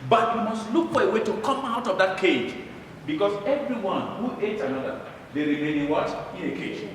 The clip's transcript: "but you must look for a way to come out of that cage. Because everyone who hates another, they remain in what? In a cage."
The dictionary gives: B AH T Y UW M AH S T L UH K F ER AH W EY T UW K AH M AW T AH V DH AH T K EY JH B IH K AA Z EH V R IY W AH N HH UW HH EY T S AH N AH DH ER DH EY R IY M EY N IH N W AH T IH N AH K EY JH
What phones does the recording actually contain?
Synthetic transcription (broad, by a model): B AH T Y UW M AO S T L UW K F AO AH W EY T UW K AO M AW T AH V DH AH T K EY JH B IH K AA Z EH V R IY W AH N HH UW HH EY T AH N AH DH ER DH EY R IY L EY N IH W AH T IH N AH K EY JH